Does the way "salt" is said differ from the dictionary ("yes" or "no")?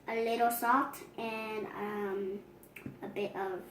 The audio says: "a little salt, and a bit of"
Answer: yes